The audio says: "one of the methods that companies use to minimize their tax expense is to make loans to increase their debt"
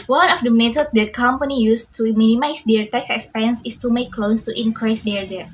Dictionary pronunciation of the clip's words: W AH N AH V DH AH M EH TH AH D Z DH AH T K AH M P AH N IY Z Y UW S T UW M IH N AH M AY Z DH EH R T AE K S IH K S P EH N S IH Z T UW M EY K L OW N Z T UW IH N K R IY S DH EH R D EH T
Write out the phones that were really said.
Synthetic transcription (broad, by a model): W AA N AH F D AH M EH T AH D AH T K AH M P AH N IY Y UW S T UW M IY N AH M AY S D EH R T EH K S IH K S P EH N S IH S T UW M EY K L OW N S T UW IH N K R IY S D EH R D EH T